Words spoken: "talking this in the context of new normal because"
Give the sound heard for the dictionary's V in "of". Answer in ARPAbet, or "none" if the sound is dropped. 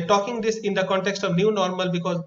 V